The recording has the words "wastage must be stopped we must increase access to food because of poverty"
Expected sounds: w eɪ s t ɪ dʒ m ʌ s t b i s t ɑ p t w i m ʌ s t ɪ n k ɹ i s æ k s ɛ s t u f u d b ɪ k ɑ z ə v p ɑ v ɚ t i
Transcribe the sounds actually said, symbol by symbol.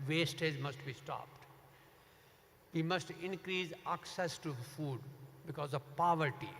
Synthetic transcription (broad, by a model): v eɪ s t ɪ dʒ m ʌ s t b i s t ɑ p t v i m ʌ s t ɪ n k ɹ i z æ k s ɛ s t u f u d b ɪ k ɑ z ə v p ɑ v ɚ t i